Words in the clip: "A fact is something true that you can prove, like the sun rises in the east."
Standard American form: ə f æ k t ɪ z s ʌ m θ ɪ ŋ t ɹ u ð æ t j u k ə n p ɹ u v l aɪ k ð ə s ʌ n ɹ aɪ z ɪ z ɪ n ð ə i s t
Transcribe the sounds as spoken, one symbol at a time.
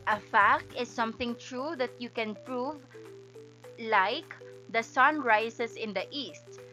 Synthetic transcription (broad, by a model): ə f æ k t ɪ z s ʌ m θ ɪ ŋ t ɹ u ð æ t j u k ə n p ɹ u v l aɪ k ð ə s ʌ n ɹ aɪ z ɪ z ɪ n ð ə i s t